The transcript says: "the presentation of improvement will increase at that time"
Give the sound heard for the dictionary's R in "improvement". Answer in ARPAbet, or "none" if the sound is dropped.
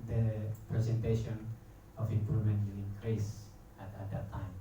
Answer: R